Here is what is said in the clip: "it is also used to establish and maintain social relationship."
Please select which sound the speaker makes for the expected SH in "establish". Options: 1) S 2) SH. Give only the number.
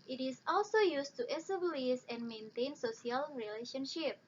1